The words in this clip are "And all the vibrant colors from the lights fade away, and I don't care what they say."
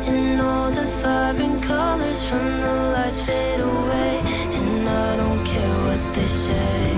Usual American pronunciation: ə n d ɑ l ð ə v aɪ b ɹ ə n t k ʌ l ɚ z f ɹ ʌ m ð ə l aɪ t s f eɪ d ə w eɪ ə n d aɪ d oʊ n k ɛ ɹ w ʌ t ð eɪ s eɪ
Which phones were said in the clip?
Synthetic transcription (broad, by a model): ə n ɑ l ð ə f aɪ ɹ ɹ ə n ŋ k ʌ l ɚ z f ɹ ʌ m ð ə l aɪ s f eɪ d ə w eɪ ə n aɪ d oʊ n k ɛ ɹ w ʌ t ð eɪ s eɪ